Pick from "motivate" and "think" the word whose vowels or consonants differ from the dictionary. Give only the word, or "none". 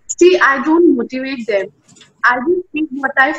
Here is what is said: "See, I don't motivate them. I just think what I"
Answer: think